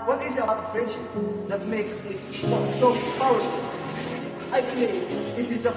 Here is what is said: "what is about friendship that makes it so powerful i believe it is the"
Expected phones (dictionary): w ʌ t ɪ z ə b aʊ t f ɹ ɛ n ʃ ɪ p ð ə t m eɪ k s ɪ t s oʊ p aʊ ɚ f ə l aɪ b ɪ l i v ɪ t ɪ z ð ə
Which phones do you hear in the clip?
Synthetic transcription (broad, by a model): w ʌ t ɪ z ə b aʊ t f ɹ ɛ n ʃ ɪ p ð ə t m eɪ k s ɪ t s oʊ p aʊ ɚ ə aɪ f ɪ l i ɪ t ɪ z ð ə